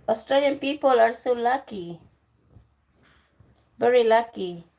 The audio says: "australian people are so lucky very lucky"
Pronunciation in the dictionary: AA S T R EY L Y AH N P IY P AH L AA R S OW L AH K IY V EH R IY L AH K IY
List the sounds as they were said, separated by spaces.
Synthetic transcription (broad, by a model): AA S T R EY L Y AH N P IY P AH L AA R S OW L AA K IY B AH R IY L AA K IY